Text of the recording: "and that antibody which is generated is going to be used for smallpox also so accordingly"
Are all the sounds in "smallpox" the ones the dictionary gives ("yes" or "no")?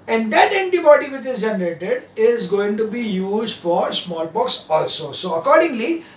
no